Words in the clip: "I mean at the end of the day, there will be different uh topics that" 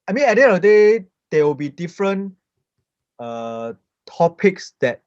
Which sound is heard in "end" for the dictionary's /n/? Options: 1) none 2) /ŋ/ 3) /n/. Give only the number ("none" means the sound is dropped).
1